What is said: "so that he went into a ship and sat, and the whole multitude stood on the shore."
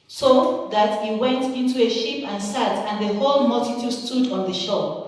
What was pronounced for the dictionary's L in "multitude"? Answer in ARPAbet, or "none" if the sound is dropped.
L